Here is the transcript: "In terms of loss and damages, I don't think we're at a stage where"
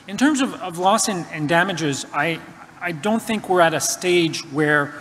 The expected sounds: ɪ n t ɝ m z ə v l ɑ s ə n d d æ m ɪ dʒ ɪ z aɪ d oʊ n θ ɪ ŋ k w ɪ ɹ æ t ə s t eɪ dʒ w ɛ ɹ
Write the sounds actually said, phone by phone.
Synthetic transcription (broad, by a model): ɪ n t ɝ m z ə v l ɑ s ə n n d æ m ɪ dʒ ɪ z aɪ d oʊ n θ ɪ ŋ k w ɪ ɹ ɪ t ə s t eɪ dʒ w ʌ ɹ